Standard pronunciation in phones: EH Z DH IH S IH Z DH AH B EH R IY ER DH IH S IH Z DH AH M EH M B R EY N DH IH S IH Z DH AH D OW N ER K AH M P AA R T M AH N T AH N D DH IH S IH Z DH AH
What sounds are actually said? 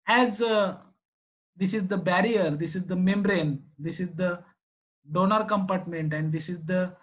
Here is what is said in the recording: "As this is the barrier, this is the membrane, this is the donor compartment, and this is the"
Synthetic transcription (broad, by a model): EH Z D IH S IH Z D AH B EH R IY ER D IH S IH Z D AH M EH M B R EY N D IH S IH Z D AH D OW N ER K AH M P AA R T M AH N T AH N D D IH S IH Z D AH